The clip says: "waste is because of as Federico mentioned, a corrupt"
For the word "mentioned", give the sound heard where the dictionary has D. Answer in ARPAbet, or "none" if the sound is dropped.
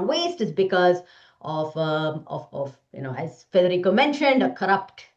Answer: D